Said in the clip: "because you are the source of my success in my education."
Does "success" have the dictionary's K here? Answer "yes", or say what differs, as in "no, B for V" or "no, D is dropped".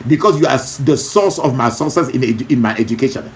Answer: no, K is dropped